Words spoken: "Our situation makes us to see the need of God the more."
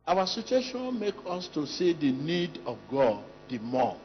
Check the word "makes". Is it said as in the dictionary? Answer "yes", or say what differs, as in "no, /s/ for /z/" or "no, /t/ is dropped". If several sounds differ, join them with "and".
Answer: no, /s/ is dropped